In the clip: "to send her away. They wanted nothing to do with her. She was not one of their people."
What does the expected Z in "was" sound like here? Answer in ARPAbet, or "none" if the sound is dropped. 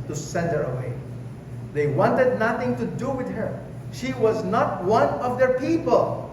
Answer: Z